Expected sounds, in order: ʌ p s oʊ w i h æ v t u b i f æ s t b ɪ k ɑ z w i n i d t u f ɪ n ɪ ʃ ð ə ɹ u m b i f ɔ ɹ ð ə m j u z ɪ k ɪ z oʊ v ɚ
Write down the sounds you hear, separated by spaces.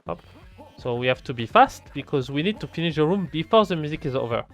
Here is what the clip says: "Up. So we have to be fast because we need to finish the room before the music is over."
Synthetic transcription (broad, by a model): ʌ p s oʊ w i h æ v t u b i f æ s t b ɪ k ɑ z w i n i d t u f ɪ n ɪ ʃ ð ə ɹ u m b i f ɔ ɹ ð ə m j u z ɪ k ɪ z oʊ v ɚ